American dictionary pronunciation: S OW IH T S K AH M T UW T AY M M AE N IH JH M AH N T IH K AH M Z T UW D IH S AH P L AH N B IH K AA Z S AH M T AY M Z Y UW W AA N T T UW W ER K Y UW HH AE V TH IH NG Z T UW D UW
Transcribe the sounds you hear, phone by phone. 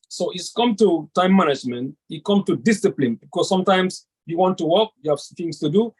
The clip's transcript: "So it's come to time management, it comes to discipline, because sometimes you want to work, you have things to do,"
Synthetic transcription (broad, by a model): S OW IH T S K AH M T UW T AY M M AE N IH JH M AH N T IH K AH M T UW D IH S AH P L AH N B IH K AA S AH M T AY M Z Y UW W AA N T T UW W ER K Y UW HH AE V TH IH NG S T UW D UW